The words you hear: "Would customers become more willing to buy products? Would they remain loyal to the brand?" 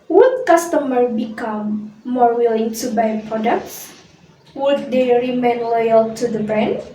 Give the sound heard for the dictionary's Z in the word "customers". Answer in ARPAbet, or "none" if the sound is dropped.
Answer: none